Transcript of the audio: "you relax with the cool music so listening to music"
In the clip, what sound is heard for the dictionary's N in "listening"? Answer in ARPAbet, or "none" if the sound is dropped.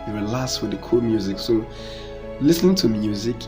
N